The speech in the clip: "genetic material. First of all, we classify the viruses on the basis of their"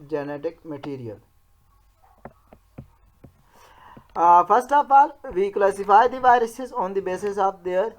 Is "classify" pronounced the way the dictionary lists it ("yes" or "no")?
no